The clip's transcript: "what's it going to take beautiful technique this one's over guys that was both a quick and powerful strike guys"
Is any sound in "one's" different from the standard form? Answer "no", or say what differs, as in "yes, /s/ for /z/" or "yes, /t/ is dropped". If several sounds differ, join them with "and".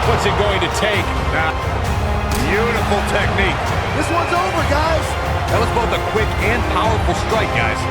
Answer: no